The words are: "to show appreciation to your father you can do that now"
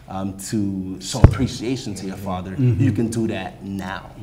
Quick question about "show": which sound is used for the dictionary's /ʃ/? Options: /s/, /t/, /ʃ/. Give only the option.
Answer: /s/